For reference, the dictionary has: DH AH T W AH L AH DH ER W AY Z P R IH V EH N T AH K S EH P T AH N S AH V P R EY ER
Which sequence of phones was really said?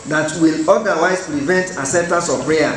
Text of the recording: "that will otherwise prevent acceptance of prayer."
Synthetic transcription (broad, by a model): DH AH T W AH L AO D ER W AY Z P R IH V EH N T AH S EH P T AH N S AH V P R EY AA